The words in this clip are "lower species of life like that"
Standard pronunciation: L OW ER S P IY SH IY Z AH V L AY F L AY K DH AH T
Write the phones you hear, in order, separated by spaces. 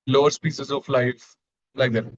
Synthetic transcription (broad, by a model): L OW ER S P IY S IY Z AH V L AY F L AY K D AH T